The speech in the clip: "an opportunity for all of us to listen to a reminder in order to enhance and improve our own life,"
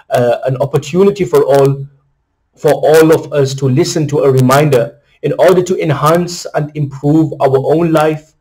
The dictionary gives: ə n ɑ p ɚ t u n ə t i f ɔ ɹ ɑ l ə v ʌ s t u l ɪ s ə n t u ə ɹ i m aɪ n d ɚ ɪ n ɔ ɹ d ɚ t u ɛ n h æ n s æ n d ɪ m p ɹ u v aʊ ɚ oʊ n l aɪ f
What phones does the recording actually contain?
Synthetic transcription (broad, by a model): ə n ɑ p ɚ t u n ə t i f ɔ ɹ ɑ l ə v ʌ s t u l ɪ s ə n t u ə ɹ i m aɪ n d ɚ ɪ n ɔ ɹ d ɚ t u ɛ n h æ n s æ n d ɪ m p ɹ u v aʊ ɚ oʊ n l aɪ f